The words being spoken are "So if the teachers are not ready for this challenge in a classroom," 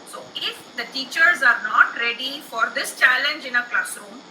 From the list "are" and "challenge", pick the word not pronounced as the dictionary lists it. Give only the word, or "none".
none